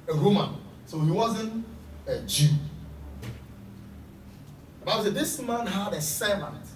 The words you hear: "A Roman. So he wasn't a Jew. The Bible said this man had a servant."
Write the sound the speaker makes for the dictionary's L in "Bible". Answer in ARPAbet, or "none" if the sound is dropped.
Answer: W